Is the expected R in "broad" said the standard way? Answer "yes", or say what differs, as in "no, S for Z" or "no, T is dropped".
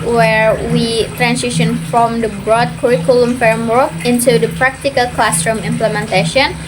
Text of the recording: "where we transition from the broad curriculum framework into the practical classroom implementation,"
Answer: yes